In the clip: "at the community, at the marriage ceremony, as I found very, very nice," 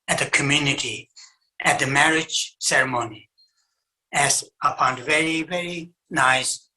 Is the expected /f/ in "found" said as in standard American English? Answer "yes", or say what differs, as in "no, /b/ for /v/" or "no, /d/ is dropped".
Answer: no, /p/ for /f/